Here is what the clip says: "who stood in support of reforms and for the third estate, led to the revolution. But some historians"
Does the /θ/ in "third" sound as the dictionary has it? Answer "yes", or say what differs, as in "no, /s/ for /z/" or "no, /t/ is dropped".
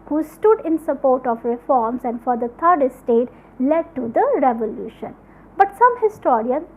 no, /t/ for /θ/